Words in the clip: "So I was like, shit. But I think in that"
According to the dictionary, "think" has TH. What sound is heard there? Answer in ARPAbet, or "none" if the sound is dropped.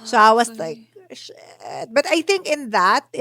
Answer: TH